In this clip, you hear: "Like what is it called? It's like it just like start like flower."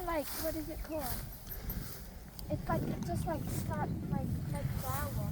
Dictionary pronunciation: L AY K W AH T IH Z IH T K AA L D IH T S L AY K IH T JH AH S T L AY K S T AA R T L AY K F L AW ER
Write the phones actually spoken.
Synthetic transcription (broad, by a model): L AY K W AH T IH Z IH T K AA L IH T S L AY K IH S JH AH S T L AY K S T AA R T L AY K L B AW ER